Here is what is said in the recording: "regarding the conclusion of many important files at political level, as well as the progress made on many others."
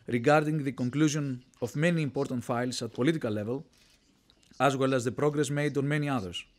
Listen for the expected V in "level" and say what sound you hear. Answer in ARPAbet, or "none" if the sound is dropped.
V